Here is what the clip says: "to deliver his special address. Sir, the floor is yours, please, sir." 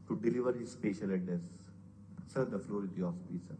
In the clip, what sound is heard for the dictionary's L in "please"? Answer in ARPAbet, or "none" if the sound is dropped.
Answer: none